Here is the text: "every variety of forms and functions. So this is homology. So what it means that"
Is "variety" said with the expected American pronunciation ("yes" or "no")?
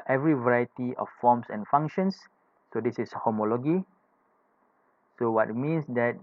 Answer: yes